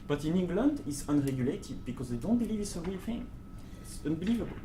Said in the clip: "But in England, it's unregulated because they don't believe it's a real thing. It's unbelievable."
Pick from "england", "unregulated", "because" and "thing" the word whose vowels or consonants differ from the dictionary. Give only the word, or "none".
thing